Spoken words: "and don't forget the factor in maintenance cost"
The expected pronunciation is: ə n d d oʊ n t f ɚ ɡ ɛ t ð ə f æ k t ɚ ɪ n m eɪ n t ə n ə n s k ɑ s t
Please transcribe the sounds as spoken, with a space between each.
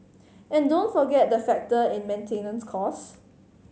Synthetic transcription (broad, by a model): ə n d d oʊ n t f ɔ ɡ ɛ t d ə f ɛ k t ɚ ɪ n m eɪ n t ə n ə n s k ɑ s